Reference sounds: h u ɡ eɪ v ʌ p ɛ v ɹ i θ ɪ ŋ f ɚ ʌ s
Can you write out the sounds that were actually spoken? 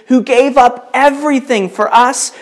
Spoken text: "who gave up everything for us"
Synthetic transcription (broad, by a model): h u ɡ eɪ v ʌ p ɛ v ɹ i θ ɪ ŋ f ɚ ʌ s